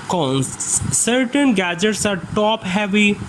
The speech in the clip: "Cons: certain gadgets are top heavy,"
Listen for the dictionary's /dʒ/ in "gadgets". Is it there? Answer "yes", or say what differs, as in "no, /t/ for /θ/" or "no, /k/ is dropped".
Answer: yes